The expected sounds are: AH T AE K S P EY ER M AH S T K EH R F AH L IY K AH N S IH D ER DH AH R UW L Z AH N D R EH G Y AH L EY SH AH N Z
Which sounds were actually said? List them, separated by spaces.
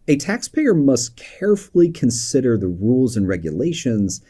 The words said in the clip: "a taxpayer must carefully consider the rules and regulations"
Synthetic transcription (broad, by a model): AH T AE K S P EY ER M AH S T K EH R F L IY K AH N S IH D ER DH AH R UW L Z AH N R EH G Y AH L EY SH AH N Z